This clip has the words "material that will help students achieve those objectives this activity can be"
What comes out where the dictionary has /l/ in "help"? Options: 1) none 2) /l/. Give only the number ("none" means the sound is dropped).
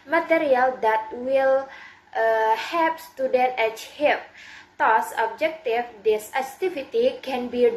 1